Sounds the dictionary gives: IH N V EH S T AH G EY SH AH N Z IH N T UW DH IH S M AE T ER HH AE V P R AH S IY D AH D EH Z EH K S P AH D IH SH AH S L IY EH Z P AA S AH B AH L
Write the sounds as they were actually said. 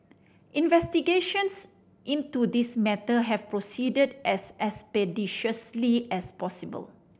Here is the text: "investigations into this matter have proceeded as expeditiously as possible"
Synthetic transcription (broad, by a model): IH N V EH S T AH G EY SH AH N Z IH N T UW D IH S M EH T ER HH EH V P R AH S IY D AH D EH S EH S P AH D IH SH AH S L IY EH S P AA S AH B AH L